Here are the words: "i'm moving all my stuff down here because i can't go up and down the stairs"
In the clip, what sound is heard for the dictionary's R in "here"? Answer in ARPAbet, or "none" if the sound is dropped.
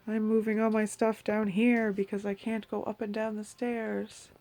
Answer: R